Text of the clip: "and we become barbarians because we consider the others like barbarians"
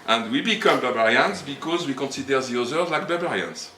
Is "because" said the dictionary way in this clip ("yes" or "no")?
yes